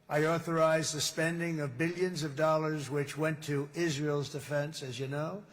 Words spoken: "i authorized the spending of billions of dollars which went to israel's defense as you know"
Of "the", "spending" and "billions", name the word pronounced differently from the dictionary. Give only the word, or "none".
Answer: none